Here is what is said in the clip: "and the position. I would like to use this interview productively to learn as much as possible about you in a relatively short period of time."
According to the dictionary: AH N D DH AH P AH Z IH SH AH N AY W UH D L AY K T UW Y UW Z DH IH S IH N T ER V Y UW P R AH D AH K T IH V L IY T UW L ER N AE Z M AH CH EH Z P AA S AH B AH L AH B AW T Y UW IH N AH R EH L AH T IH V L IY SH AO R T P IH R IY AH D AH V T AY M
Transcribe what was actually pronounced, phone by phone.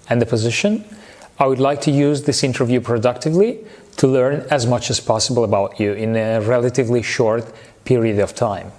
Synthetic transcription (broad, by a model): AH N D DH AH P AH Z IH SH AH N AY W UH D L AY K T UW Y UW Z DH IH S IH N T ER V Y UW P R AH D AH K T IH V L IY T UW L ER N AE Z M AH CH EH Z P AA S AH B AH L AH B AW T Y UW IH N AH R EH L AH T IH V L IY SH AO R T P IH R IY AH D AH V T AY M